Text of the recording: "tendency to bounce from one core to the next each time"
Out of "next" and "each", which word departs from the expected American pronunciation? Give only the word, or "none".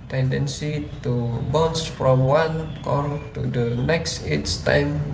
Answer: each